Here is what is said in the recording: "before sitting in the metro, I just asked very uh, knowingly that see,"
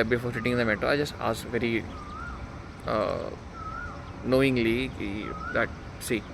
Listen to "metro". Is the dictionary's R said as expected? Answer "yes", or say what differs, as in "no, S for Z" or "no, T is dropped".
no, R is dropped